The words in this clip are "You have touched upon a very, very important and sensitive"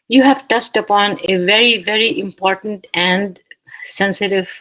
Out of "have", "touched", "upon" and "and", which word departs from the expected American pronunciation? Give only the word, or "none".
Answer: touched